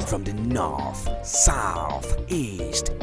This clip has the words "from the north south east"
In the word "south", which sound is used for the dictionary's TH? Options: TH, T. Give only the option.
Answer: TH